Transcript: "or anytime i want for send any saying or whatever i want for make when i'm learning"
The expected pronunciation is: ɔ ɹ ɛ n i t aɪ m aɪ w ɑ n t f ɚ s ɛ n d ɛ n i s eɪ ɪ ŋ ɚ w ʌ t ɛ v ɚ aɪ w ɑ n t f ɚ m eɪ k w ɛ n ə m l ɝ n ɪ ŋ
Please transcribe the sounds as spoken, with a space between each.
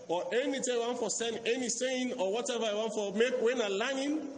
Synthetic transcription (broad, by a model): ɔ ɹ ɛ n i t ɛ aɪ w ɑ n t f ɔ s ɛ n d ɛ n i s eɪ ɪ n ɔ w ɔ t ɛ v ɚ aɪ w ɑ n t f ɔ m eɪ k w ɛ n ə l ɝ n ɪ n